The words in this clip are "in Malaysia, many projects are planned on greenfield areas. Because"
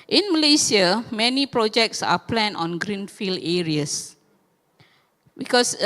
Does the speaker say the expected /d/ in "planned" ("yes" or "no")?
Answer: no